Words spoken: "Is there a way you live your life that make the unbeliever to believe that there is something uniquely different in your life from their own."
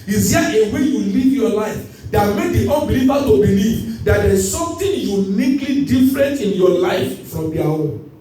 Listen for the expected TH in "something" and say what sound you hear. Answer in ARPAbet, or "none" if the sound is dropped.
T